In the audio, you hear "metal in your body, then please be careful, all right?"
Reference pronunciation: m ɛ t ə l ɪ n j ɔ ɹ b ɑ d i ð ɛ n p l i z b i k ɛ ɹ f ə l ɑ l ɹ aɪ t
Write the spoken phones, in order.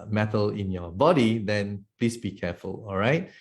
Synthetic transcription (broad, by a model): m ɛ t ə l ɪ n j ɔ b ɑ d i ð ɛ n p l i s b i k ɛ f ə l ɑ l ɹ aɪ t